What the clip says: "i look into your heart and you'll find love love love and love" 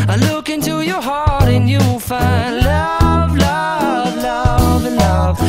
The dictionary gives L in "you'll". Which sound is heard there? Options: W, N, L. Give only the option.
W